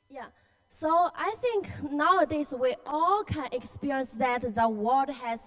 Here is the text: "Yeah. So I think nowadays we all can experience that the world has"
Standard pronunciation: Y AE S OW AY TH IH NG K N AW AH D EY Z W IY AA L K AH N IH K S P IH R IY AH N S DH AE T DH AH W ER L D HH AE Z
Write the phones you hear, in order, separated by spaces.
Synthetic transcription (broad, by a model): Y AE S OW AY TH IH NG K N AW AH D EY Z W IY AA L K AH N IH K S P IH R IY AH N S DH AE T DH AH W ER D HH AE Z